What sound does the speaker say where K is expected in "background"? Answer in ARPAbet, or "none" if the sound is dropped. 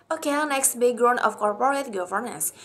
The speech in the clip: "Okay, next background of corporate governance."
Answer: none